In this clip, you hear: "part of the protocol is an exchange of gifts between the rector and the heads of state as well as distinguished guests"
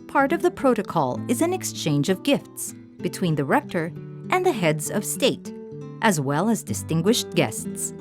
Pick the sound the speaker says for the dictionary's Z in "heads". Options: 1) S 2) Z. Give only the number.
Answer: 2